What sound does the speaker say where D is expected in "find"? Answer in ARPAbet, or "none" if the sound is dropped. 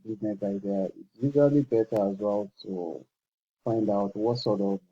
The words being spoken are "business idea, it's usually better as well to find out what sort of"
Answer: D